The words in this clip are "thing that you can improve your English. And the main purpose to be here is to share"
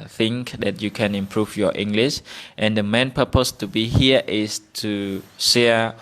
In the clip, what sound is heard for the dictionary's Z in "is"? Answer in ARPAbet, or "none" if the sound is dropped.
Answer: S